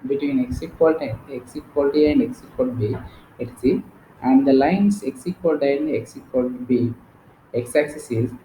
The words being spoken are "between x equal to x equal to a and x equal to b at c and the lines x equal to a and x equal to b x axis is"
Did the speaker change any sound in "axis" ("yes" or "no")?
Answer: no